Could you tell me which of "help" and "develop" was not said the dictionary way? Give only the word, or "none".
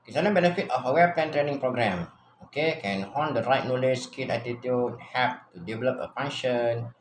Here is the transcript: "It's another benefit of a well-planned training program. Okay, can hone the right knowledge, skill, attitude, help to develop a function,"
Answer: help